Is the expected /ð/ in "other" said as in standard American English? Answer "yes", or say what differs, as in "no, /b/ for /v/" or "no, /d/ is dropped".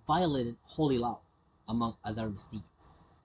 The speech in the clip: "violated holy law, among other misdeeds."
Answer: yes